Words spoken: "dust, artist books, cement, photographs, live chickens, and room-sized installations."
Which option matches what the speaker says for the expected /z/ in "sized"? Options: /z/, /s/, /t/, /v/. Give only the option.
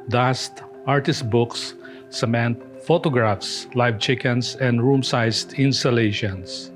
/s/